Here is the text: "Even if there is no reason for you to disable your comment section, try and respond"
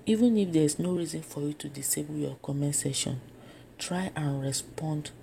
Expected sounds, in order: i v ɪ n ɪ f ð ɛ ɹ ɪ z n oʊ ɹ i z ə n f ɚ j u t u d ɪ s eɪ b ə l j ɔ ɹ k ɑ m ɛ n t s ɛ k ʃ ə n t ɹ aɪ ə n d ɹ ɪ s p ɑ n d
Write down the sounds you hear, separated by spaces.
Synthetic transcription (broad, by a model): i v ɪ n ɪ f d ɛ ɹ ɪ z n oʊ ɹ i z ə n f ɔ j u t u d ɪ s eɪ b ə l j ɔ k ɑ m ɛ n s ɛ ʃ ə n t ɹ aɪ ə n ɹ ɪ s p ɑ n d